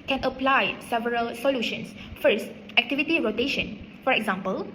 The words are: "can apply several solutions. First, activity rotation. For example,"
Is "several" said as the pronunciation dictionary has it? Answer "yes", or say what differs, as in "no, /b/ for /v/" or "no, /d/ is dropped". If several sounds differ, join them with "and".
yes